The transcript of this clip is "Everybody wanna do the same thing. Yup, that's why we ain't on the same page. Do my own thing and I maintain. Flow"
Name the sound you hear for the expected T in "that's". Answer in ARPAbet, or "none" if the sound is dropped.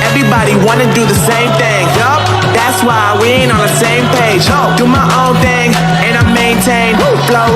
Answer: T